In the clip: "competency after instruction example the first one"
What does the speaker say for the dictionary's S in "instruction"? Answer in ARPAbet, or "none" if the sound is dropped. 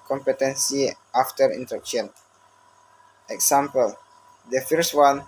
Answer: none